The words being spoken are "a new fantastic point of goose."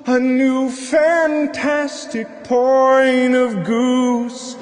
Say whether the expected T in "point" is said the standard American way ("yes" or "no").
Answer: no